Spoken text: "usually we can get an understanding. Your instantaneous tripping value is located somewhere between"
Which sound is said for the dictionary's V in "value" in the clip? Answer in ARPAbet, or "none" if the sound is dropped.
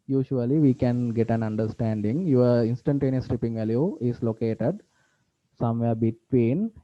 V